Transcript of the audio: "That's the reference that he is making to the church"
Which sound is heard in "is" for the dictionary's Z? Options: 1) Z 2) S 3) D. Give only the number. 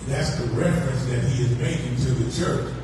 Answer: 1